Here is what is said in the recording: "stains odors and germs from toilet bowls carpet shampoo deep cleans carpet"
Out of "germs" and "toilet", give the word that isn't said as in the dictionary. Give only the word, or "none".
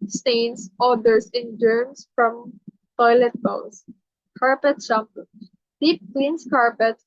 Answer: germs